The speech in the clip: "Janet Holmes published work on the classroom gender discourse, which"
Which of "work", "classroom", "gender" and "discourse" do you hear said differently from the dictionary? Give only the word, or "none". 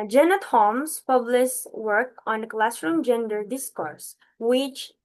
none